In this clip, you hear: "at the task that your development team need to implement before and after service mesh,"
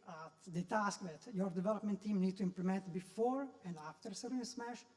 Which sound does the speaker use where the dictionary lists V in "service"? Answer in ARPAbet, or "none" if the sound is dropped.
none